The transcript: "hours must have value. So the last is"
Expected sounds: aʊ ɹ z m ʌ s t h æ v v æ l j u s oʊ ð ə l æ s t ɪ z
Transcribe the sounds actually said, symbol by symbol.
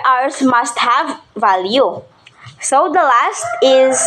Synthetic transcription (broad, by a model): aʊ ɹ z m ʌ s t h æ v v æ l j u s oʊ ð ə l æ s t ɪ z